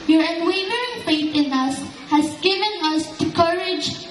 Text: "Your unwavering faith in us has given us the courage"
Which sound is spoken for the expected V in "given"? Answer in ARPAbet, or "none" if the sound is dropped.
V